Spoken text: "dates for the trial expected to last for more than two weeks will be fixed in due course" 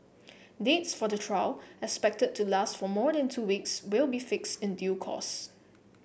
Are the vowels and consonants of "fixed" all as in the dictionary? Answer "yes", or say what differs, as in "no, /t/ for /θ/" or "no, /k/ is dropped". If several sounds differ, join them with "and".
yes